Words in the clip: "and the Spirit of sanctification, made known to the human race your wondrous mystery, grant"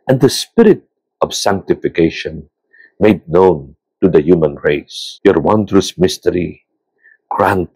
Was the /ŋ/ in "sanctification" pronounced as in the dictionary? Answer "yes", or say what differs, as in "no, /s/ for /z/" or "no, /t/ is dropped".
yes